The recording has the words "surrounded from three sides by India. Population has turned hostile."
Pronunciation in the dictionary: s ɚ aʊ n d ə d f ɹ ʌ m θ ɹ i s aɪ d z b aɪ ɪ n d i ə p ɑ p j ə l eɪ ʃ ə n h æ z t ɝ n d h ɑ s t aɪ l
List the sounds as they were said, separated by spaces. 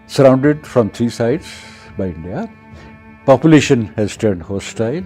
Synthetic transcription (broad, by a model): s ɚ aʊ n d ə d f ɹ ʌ m t ɹ i s aɪ d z b aɪ ɪ n d i ə p ɑ p j ə l eɪ ʃ ə n h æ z t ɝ n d h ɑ s t aɪ l